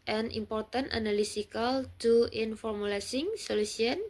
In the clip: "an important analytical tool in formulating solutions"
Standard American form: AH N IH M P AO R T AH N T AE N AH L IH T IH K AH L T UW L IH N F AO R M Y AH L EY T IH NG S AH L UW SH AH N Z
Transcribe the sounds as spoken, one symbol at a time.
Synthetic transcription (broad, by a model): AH N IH M P AO R T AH N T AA N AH L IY S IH K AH L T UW IH N F AO R M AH L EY S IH NG S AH L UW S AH N